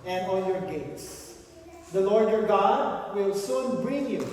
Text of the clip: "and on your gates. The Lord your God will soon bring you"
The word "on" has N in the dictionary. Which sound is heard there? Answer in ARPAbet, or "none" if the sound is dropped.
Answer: L